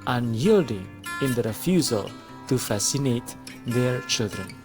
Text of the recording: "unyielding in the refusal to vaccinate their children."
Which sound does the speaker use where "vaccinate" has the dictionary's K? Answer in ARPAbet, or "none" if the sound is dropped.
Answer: none